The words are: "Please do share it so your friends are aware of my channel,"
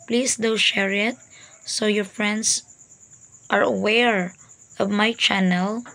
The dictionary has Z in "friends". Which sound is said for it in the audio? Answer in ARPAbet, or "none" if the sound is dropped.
S